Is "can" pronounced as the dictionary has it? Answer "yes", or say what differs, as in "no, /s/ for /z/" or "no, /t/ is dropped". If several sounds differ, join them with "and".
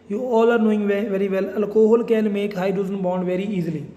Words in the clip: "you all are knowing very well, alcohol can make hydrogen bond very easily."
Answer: no, /l/ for /n/